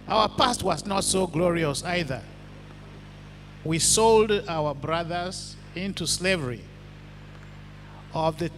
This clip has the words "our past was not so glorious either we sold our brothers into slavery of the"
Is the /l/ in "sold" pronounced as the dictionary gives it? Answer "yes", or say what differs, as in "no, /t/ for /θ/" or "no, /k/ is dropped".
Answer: yes